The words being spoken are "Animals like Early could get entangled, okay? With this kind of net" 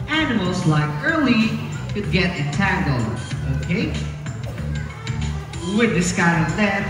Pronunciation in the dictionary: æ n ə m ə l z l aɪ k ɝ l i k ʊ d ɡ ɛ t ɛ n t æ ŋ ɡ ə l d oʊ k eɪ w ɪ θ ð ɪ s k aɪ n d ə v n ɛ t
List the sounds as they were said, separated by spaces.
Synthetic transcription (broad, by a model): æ n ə m l z l aɪ k ɝ l i k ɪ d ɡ ɛ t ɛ t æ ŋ ɡ l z oʊ k eɪ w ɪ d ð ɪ s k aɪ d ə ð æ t